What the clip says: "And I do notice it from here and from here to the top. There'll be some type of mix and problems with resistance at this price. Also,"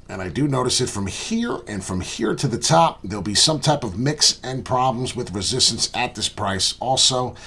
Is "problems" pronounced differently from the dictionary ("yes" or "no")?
no